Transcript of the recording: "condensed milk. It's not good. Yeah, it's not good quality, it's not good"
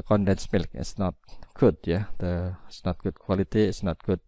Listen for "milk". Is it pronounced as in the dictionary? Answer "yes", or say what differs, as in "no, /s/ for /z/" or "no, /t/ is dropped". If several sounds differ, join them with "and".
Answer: yes